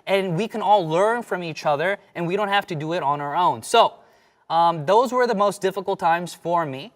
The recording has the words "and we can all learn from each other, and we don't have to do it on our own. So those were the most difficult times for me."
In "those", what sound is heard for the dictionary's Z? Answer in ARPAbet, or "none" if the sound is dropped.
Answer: Z